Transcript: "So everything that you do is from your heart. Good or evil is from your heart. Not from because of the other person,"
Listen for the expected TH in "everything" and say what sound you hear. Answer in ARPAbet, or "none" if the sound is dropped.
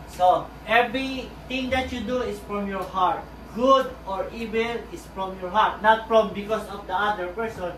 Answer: T